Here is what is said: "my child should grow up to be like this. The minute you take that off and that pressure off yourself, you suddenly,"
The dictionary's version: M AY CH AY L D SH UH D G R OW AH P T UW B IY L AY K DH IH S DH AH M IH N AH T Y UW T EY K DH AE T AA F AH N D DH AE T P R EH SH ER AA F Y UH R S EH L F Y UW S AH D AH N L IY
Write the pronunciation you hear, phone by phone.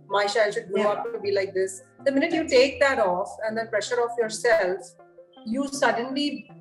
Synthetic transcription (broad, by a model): M AY SH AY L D SH UH D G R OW AH P T UW B IY L AY K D IH S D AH M IH N AH T Y UW T EY K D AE T AA F AH N D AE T P R EH SH ER AA F Y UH R S EH L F Y UW S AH D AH N L IY